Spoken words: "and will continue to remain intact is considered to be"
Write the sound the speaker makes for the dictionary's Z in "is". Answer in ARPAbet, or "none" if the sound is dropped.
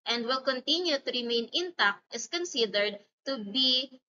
S